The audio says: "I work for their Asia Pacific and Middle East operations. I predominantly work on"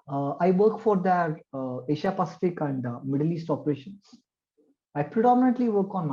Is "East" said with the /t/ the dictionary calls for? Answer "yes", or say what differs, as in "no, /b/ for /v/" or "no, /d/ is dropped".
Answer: yes